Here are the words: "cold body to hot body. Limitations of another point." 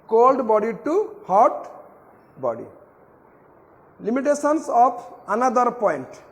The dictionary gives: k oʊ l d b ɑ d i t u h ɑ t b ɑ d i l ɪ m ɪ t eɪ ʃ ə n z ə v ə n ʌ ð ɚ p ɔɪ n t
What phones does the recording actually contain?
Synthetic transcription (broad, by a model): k oʊ l d b ɑ d i t u h ɑ t b ɑ d i l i m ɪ t eɪ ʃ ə n s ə p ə n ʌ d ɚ p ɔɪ n t